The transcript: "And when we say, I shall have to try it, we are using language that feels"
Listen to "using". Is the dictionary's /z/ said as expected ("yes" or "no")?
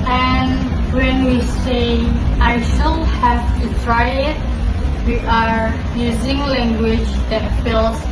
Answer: yes